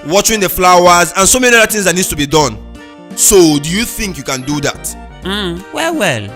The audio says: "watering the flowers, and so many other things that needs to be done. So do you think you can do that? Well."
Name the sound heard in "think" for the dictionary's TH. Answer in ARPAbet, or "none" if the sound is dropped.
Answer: TH